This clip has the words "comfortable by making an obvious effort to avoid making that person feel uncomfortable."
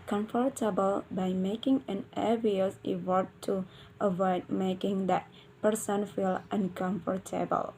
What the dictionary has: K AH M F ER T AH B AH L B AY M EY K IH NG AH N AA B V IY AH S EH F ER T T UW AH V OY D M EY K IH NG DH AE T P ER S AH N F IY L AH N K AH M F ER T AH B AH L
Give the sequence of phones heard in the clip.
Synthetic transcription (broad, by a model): K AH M F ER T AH B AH L B AY M EY K IH NG AH N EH V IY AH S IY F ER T T UW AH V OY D M EY K IH NG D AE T P ER S AH N F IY L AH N K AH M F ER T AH B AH L